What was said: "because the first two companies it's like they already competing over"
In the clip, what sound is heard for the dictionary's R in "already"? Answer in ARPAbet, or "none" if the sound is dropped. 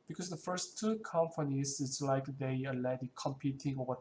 none